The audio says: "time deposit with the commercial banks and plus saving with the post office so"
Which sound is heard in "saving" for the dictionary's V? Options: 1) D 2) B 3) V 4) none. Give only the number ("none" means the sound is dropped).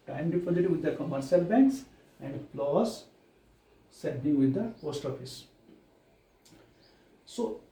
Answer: 2